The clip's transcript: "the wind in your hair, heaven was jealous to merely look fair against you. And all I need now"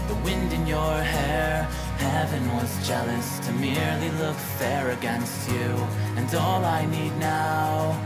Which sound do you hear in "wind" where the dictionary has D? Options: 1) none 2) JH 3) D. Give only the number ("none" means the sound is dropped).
3